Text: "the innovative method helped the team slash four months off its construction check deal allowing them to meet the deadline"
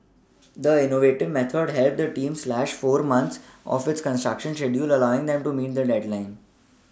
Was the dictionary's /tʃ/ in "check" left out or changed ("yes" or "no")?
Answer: yes